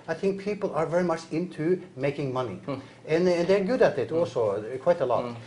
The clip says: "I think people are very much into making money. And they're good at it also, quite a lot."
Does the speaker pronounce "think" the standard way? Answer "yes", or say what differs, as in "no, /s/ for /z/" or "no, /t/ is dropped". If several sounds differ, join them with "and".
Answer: yes